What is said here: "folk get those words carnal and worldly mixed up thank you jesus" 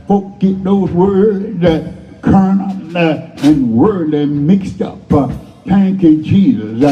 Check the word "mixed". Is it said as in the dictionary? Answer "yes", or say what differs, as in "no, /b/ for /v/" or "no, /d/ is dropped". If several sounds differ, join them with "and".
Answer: yes